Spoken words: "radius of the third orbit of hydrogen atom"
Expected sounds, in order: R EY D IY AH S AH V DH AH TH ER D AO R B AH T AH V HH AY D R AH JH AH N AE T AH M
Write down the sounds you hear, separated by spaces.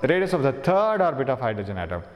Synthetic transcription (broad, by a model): R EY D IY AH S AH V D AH T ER D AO R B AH T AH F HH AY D AH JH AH N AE T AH M